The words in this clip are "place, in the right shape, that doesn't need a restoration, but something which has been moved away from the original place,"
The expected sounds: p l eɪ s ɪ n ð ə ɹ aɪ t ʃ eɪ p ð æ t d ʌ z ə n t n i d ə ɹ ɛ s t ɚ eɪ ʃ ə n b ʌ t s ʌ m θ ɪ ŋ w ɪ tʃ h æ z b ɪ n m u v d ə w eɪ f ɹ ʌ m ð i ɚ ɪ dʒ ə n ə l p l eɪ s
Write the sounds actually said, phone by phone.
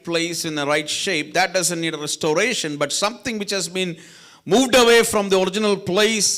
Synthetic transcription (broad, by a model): p l eɪ s ɪ n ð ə ɹ aɪ t ʃ eɪ p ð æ t d ʌ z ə n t n i d ə ɹ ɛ s t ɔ eɪ ʃ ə n b ʌ t s ʌ m t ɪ ŋ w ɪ tʃ h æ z b ɪ n m u v d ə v eɪ f ɹ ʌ m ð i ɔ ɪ dʒ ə n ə l p l eɪ s